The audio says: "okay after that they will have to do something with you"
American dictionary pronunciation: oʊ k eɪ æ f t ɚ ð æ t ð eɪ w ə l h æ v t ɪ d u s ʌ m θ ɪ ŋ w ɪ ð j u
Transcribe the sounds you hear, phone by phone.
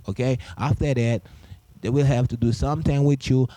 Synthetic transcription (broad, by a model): oʊ k eɪ æ f t ɚ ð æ t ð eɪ w ə l h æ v t ɪ d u s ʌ m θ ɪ ŋ w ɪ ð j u